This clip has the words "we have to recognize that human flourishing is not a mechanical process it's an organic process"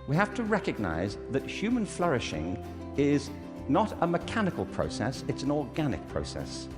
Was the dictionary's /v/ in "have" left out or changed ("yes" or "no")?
yes